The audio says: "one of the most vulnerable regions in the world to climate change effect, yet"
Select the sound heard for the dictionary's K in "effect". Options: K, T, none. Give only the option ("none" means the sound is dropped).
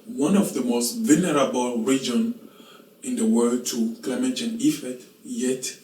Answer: none